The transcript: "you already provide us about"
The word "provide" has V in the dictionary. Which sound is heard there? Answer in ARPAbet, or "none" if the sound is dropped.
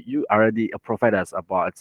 F